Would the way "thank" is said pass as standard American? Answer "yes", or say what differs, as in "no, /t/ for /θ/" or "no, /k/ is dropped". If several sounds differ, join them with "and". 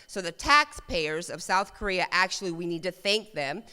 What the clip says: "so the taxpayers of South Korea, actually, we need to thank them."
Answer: yes